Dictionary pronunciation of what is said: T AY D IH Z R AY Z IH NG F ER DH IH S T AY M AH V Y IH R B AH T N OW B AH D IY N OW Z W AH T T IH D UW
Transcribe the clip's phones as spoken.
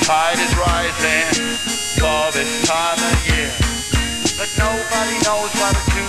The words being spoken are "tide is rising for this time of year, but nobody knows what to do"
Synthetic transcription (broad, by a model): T AY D IH Z R AY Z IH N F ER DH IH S T AY M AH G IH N B AH T N OW B AH D IY N OW Z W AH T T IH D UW